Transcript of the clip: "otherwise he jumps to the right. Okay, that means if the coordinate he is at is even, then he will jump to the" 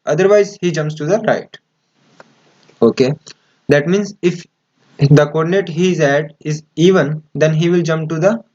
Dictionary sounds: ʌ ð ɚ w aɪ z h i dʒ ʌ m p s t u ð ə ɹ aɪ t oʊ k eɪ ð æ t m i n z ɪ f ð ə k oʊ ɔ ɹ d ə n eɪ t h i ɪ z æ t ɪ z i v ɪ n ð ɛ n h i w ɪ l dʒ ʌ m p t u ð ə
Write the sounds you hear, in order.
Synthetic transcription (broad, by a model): ʌ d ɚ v aɪ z h i dʒ ʌ m p s t u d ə ɹ aɪ t oʊ k eɪ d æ t m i n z ɪ f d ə k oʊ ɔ ɹ d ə n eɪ t h i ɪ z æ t ɪ z i v ɪ n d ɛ n h i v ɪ l dʒ ʌ m p t u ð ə